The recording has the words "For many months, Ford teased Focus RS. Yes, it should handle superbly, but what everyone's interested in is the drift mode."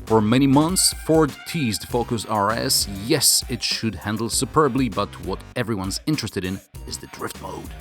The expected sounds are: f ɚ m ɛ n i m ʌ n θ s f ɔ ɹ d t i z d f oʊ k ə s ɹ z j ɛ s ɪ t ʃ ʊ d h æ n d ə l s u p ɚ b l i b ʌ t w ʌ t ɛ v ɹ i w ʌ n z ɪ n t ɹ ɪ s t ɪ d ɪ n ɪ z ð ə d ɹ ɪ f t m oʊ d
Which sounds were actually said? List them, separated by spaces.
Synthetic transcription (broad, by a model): f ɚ m ɛ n i m ʌ n θ s f ɔ ɹ d t i z d f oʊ k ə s ɹ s j ɛ s ɪ t ʃ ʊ d h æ n d l s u p ɚ b l i b ʌ t w ʌ t ɛ v ɹ i w ʌ n z ɪ n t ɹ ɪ s t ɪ d ɪ n ɪ z ð ə d ɹ ɪ f t m oʊ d